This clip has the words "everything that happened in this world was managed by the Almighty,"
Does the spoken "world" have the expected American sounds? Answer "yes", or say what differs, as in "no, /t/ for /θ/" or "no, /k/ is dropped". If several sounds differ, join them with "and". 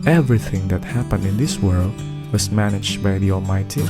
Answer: yes